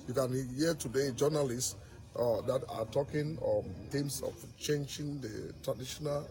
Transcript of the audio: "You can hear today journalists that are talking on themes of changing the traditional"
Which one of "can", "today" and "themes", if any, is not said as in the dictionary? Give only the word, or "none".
themes